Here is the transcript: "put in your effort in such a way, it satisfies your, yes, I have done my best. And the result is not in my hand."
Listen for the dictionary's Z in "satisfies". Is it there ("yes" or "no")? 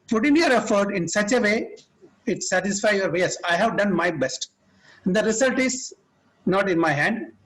no